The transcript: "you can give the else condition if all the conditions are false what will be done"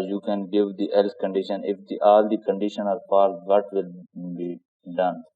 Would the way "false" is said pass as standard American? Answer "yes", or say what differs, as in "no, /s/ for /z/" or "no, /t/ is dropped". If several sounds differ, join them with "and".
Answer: no, /p/ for /f/